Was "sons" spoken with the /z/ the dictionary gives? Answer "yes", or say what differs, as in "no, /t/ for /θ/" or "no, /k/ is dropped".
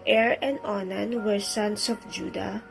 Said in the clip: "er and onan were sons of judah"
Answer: no, /s/ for /z/